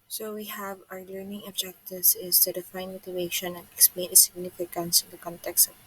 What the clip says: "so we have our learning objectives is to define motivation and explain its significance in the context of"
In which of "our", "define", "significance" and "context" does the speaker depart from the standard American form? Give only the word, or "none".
none